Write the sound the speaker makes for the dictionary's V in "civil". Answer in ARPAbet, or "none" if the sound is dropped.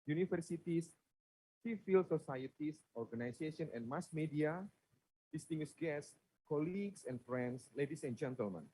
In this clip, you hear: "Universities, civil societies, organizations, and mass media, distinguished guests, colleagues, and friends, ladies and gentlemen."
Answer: F